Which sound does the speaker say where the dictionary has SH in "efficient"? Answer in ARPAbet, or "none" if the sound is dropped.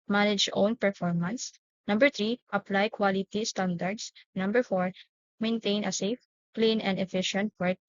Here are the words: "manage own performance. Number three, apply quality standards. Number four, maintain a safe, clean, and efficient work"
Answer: SH